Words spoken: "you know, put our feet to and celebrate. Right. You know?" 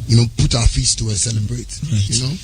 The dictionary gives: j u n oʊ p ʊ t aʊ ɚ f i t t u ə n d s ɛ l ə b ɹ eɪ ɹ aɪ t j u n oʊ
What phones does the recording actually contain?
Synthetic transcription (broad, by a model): j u n oʊ p ʊ t aʊ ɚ f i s t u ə s ɛ l ə b ɹ eɪ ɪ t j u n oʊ